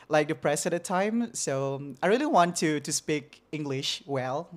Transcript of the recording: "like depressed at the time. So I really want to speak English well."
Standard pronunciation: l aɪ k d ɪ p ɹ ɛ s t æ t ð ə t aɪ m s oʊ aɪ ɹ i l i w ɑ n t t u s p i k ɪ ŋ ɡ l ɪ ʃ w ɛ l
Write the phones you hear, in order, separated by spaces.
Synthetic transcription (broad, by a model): l aɪ k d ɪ p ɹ ɛ s æ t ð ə t aɪ m s oʊ aɪ ɹ i l i w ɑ n t t u s p i k ɪ ŋ ɡ l ɪ ʃ w ɛ l